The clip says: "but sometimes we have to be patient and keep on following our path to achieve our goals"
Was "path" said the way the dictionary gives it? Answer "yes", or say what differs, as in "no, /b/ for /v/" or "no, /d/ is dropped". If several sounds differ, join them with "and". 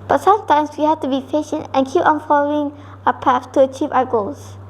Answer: no, /f/ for /θ/